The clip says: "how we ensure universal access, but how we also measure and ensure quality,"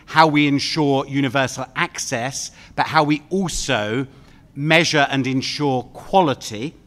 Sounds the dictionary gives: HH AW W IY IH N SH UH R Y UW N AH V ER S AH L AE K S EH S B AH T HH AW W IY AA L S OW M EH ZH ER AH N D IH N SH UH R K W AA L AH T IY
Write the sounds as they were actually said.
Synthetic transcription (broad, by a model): HH AW W IY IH N SH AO Y UW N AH V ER S AH L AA K S EH S B AH T HH AW W IY AA L S OW M EH ZH ER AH N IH N SH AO K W AA L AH T IY